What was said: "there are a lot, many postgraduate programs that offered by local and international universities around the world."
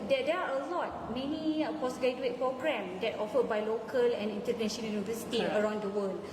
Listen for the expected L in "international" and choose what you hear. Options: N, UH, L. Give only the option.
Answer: N